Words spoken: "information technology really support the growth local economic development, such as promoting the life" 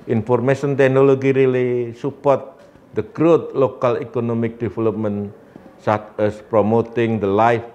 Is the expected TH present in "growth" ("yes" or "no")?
no